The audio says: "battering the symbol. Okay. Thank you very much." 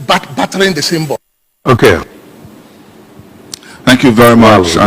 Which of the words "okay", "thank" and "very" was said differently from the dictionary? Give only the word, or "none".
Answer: none